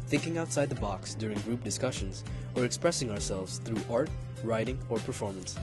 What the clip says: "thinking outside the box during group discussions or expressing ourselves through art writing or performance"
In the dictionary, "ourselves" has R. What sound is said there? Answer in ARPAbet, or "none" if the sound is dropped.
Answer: R